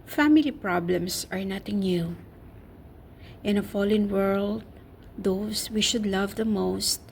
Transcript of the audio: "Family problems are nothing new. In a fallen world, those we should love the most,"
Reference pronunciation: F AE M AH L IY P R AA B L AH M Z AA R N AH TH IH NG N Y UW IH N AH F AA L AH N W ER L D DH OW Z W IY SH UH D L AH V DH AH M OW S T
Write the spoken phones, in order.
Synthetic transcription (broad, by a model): F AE M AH L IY P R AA B L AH M S AA R N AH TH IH NG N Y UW IH N AH F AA L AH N W ER L D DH OW S W IY SH UH D L AH V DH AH M OW S T